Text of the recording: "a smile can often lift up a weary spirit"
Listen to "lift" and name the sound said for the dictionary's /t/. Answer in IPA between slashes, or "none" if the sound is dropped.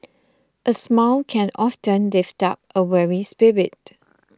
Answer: /t/